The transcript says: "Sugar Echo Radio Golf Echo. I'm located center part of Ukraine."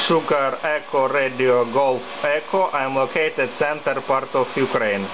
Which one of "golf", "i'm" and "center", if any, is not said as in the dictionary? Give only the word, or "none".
none